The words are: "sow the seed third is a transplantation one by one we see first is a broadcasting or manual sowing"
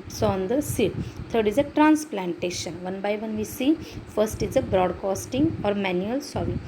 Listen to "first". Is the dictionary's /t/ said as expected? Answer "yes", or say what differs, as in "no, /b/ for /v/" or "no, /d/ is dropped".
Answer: yes